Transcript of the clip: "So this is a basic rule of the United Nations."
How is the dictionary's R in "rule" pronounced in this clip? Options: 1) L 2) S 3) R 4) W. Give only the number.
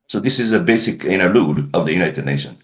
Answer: 1